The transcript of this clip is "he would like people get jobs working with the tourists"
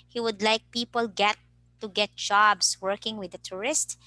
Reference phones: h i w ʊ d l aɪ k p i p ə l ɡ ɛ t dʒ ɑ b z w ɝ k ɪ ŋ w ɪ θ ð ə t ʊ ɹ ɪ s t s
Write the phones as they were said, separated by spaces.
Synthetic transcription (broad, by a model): h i w ʊ d l aɪ k p i p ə l ɡ ɛ t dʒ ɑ b s w ɝ k ɪ ŋ w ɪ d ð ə t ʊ ɹ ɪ s t